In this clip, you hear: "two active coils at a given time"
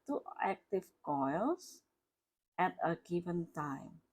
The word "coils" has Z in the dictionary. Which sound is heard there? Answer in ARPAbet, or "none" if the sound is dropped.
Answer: S